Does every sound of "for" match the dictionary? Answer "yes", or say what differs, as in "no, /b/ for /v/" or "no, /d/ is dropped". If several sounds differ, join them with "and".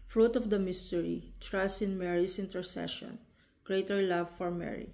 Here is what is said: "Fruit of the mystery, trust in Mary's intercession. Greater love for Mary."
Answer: yes